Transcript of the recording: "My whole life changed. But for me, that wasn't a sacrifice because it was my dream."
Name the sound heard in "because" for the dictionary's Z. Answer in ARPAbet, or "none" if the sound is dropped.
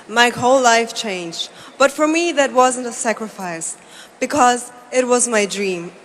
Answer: Z